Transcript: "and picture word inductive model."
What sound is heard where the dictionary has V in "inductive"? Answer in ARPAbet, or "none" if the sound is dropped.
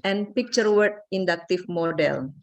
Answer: F